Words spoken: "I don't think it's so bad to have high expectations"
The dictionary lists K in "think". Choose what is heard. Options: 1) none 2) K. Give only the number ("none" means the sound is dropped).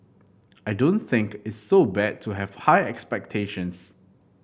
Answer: 2